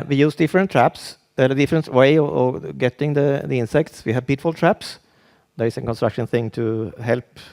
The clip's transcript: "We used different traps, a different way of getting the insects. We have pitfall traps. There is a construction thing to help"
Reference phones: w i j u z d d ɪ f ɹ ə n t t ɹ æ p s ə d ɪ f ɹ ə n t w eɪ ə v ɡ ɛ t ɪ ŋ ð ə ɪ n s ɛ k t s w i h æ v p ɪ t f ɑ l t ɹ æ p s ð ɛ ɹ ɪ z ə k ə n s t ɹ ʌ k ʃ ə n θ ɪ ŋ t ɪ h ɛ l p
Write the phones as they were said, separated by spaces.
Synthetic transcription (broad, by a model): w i j u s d d ɪ f ɹ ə n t t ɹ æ p s ə d ɪ f ɹ ə n t w eɪ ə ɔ ɡ ɛ t ɪ ŋ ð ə ɪ n s ɛ k t s w i h æ v p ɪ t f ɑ l t ɹ æ p s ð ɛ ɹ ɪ s ə k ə n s t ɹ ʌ k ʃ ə n θ ɪ ŋ t ɪ h ɛ l p